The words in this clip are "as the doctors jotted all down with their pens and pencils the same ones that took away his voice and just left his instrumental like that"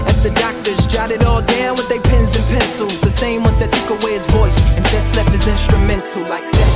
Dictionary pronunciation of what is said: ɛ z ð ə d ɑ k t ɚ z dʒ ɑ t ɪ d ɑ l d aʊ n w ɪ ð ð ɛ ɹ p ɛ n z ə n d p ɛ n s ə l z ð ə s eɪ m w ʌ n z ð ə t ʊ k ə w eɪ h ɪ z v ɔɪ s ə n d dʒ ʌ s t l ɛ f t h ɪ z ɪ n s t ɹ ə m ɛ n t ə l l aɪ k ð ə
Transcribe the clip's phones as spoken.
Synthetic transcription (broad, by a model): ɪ z ð ə d ɑ k t ɚ z dʒ ɑ t ɪ d ɑ l d aʊ n w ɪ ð ð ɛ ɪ p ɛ n z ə n p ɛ n s l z ð ə s eɪ m w ʌ n z ð ə t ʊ k ə w eɪ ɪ z v ɔɪ s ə n dʒ ʌ s t l ɛ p h ɪ z ɪ n s t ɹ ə m ɛ n t l l aɪ k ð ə